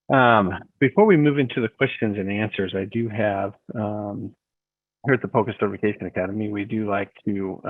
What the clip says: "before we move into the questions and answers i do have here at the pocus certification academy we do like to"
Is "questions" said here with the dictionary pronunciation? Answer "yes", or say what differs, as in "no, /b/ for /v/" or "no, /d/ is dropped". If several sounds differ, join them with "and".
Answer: yes